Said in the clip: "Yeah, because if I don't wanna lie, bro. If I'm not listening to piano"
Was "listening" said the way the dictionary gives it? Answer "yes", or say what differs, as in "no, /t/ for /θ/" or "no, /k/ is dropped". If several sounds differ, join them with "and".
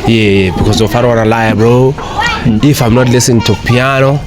no, /n/ is dropped